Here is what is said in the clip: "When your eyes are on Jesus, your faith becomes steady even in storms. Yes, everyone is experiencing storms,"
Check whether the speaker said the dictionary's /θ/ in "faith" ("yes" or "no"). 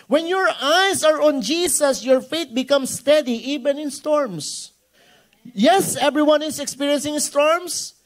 no